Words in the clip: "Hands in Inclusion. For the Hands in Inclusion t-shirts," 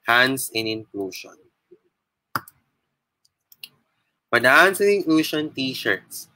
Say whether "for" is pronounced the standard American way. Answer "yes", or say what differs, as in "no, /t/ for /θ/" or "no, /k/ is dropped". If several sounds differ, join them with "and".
no, /p/ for /f/